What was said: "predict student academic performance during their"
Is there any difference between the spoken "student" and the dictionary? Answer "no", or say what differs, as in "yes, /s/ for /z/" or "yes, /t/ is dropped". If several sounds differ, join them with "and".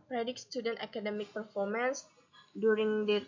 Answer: no